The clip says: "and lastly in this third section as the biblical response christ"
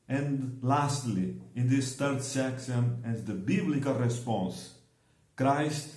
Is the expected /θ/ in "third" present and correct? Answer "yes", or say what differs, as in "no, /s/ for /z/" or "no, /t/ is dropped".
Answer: no, /t/ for /θ/